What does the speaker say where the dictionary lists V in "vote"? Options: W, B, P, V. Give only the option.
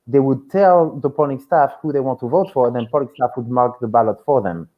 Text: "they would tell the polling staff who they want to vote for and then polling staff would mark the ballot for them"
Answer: V